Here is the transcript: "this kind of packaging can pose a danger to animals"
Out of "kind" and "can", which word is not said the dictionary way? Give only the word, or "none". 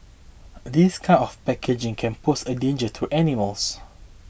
kind